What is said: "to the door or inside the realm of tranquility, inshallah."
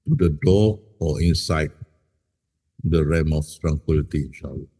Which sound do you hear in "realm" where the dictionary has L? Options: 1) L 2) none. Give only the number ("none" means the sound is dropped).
2